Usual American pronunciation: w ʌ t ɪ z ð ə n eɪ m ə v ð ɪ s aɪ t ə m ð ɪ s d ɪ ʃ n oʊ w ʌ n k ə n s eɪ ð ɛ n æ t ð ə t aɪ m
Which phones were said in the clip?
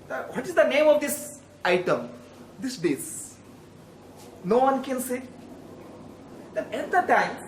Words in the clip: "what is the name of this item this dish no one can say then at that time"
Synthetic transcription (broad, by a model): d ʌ t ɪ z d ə n eɪ m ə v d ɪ s aɪ t ə m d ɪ s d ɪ s n oʊ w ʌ n k ə n s eɪ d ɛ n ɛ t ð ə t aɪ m